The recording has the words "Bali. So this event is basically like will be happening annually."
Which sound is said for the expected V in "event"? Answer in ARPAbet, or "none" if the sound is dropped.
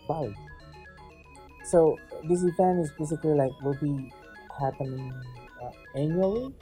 F